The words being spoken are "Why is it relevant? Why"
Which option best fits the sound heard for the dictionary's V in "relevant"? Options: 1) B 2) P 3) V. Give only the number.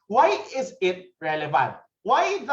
3